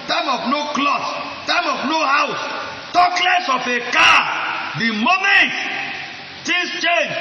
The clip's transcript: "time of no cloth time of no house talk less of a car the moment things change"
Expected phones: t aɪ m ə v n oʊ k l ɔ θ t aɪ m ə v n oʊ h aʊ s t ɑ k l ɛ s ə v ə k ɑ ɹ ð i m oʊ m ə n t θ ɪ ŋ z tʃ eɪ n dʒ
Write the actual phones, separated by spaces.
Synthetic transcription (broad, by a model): t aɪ m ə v n oʊ k l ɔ s t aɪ m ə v n oʊ h aʊ s t ɑ k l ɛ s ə f ə k ɑ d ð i m oʊ m ə n t t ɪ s tʃ eɪ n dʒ